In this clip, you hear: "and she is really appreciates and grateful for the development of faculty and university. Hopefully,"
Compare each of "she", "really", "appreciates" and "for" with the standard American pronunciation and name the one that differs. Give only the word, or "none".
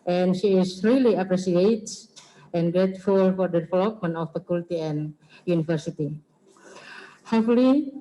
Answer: appreciates